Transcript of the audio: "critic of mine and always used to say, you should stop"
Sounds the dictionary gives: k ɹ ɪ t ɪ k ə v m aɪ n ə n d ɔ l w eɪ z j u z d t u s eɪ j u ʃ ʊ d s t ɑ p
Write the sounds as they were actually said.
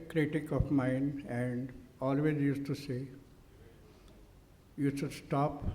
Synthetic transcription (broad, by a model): k ɹ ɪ t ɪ k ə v m aɪ n ə n d ɔ l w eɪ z j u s t u s eɪ j u s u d s t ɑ p